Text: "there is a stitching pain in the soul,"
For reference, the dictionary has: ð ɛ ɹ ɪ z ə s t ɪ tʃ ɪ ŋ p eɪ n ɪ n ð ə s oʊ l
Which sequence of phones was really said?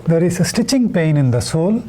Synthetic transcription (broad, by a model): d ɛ ɹ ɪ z ə s t ɪ tʃ ɪ ŋ p eɪ n ɪ n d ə s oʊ l